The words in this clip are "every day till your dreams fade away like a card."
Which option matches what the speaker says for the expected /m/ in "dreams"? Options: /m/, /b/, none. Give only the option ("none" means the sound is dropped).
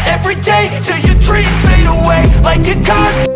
none